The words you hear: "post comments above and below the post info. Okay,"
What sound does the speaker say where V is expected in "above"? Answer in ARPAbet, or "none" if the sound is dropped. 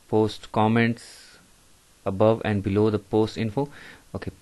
V